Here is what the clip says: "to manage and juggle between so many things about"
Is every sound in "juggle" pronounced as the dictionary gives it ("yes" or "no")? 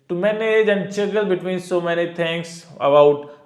no